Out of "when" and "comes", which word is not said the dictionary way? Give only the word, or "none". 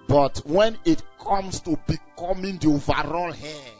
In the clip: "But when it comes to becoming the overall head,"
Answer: comes